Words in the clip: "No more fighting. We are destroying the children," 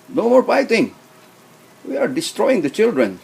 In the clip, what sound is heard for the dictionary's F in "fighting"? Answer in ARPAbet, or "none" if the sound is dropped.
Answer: P